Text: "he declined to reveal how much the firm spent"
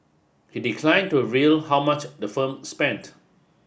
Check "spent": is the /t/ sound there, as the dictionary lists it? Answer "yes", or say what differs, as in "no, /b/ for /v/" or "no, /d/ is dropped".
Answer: yes